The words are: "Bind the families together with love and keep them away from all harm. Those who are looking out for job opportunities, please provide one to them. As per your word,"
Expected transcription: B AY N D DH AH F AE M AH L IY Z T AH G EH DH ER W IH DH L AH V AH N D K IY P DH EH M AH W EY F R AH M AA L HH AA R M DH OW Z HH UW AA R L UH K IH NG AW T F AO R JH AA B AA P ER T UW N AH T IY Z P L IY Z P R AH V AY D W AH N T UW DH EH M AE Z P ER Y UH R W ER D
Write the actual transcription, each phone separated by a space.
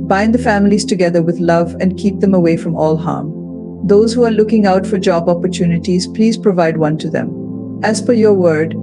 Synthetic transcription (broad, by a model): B AY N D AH F AE M AH L IY Z T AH G EH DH ER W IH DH L AH V AH N D K IY P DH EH M AH W EY F R AH M AA L HH AA R M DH OW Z HH UW AA R L UH K IH NG AW T F AO R JH AA B AA P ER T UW N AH T IY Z P L IY Z P R AH V AY D W AH N T UW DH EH M AE Z F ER Y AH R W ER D